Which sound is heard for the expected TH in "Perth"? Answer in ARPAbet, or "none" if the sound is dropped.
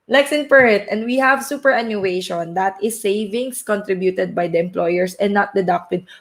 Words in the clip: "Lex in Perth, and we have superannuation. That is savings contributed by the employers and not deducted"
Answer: T